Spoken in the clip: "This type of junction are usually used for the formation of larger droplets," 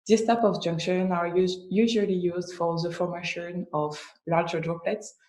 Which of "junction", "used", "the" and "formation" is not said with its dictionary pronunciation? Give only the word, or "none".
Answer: none